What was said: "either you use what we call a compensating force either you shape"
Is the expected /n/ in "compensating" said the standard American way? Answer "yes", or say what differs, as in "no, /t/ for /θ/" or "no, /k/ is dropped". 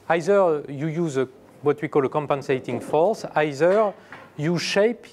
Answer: yes